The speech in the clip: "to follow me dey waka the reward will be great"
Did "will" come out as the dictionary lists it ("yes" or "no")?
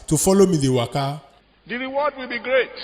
yes